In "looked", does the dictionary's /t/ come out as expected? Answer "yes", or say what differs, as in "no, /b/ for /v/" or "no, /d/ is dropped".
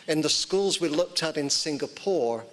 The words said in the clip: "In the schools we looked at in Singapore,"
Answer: yes